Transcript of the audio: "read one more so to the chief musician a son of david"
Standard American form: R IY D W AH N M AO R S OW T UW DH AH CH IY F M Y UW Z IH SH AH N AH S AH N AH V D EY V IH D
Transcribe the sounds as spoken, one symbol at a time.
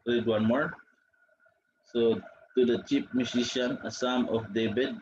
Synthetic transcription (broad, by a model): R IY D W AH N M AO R S OW T UW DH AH CH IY P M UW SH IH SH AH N AH S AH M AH F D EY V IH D